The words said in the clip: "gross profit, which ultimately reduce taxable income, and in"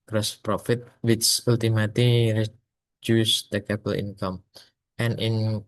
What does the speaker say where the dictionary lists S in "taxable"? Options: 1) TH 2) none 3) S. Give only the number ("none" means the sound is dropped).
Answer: 2